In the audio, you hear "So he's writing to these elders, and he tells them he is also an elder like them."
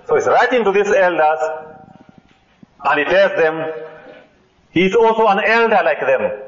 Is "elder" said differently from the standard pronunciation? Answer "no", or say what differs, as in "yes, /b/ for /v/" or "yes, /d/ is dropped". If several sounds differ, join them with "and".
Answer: no